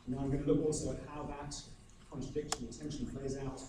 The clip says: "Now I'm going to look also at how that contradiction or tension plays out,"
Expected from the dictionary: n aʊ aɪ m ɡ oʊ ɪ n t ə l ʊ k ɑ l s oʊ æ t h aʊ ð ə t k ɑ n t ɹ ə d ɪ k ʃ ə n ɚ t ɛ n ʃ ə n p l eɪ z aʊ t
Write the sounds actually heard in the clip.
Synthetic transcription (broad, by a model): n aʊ aɪ m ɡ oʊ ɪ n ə l ʊ k ɑ l s oʊ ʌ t h aʊ ð ə t k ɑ n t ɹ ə d ɪ k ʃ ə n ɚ t ɛ n ʃ ə n p l eɪ z aʊ t